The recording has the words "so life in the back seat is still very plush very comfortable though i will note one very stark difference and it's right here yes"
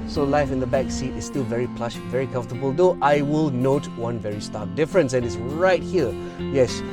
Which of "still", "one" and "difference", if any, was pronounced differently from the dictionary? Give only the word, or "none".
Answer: none